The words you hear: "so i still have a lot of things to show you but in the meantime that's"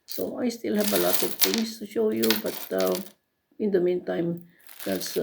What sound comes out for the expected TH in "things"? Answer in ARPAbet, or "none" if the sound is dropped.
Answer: T